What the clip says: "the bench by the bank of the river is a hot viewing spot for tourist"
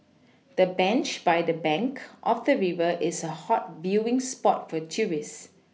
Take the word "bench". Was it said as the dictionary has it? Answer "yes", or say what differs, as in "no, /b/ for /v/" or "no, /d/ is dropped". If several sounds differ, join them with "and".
yes